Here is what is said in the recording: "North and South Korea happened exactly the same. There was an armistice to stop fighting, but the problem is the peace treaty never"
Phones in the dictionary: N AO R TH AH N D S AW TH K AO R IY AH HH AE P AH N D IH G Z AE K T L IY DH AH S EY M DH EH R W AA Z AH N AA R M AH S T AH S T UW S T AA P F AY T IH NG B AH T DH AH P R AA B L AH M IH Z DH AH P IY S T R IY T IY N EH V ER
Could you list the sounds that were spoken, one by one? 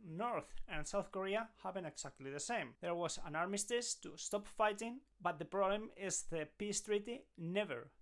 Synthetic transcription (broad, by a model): N AO R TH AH N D S AW TH K AO R IY AH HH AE B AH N IH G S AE K T L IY DH AH S EY M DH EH R W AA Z AH N AA R M AH S T AH S T UW S T AA P F AY T IH NG B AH T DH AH P R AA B L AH M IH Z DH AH P IY S T R IY T IY N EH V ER